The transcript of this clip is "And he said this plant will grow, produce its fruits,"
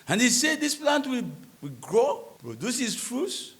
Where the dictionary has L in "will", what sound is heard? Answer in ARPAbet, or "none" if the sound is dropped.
W